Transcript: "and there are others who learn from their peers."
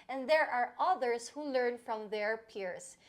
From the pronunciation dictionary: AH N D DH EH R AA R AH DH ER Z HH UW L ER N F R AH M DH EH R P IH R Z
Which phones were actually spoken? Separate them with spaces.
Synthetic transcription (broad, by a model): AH N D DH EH R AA R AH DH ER S HH UW L ER N F R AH M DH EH R P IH R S